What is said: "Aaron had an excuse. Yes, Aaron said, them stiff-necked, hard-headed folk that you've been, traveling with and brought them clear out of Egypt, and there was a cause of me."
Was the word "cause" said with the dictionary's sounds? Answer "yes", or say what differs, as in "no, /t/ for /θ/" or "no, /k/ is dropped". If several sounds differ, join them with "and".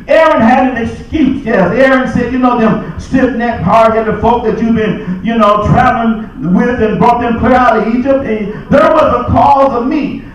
yes